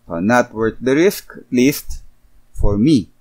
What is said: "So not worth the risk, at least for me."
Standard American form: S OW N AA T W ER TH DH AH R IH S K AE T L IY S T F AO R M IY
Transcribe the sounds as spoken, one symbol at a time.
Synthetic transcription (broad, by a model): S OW N AA T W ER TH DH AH R IH S K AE T L IY S T F AO R M IY